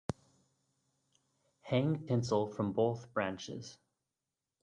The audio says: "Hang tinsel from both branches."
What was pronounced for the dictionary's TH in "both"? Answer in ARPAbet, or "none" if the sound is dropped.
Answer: TH